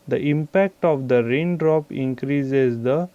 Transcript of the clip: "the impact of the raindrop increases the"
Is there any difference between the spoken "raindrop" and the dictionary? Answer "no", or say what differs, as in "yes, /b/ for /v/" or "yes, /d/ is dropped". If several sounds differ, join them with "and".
no